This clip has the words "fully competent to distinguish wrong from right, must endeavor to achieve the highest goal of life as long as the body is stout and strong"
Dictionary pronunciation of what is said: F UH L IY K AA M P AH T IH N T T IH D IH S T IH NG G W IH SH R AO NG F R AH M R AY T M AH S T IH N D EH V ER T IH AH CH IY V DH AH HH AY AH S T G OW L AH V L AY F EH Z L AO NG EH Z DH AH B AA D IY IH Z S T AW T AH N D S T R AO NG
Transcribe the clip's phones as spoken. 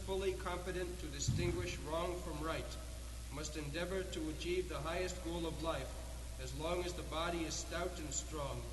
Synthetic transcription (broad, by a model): F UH L IY K AA M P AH T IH N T T IH D IH S T IH NG G W IH SH R AO NG F R AH M R AY T M AH S T IH N D EH V ER T IH AH CH IY V DH AH HH AY AH S T G OW L AH V L AY F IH Z L AO NG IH Z DH AH B AA D IY IH Z S T AW T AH N S T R AO NG